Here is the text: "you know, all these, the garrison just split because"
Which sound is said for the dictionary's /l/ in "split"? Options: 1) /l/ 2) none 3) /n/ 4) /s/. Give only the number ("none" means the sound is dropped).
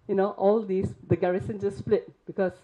1